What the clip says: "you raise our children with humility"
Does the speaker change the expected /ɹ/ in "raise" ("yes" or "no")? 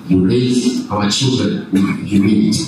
yes